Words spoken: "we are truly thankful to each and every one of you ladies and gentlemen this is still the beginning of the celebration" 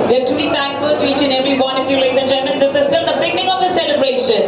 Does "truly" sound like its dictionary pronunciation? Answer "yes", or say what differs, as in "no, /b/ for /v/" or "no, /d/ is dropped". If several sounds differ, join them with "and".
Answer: no, /ɹ/ is dropped